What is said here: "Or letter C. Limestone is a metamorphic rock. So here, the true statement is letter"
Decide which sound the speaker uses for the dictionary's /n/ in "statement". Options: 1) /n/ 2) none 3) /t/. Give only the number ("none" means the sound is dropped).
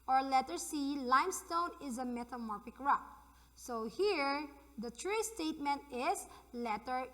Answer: 1